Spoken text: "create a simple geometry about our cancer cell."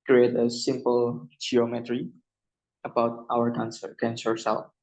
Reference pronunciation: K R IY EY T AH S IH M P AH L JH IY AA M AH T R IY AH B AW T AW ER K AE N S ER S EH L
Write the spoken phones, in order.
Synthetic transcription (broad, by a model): K R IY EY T AH S IH M P AH L JH IY AA M AH T R IY AH B AW T AW ER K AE N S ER S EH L